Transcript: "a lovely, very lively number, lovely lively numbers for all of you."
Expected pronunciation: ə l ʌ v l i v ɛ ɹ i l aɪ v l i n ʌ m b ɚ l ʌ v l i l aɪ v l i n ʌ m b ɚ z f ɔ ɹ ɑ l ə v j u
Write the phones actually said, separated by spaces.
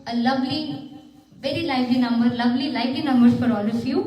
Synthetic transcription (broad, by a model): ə l ʌ v l i v ɛ ɹ i l aɪ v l i n ʌ m b ɚ l ʌ v l i l aɪ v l i n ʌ m b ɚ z f ɔ ɹ ɑ l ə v j u